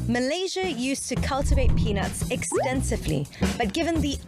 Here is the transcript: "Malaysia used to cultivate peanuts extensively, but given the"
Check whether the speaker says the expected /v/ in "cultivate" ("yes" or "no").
yes